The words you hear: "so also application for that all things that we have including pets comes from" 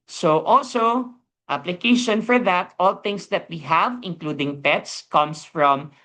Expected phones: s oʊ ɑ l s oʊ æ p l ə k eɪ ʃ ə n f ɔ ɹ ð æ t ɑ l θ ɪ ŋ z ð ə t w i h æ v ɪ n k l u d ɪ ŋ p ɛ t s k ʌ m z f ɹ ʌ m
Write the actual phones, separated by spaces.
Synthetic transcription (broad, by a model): s oʊ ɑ l s oʊ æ p l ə k eɪ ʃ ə n f ɔ ɹ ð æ t ɑ l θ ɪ ŋ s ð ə t w i h æ v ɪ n k l u d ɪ ŋ p ɛ t s k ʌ m s f ɹ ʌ m